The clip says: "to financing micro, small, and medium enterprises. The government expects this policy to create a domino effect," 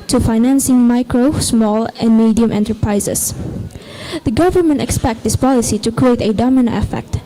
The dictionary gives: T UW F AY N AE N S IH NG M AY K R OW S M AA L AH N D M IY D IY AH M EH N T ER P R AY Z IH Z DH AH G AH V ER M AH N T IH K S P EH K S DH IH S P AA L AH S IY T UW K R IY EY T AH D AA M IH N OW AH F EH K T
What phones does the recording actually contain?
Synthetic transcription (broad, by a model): T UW F AY N AE N S IH NG M AY K R OW S M AA L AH N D M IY D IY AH M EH N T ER P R AY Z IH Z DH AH G AH V ER M AH N T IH K S P EH K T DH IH S P AA L AH S IY T UW K R IY EY T AH D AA M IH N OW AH F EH K T